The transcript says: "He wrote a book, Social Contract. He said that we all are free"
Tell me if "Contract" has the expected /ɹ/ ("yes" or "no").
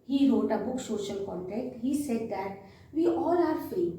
no